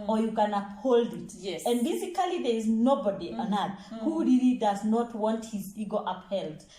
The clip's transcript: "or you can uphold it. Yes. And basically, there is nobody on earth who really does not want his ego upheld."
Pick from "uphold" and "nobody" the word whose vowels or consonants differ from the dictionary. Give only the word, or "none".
none